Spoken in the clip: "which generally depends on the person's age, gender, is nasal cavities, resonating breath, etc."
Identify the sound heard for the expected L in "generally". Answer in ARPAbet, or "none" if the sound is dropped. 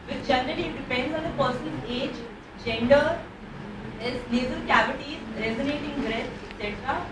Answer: N